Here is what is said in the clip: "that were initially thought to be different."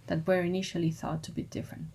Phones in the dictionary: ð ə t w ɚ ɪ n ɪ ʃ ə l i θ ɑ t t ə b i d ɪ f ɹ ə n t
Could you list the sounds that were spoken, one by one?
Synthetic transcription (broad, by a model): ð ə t w ɚ ɪ n ɪ ʃ ə l i θ ɑ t t ə b i d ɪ f ɹ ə n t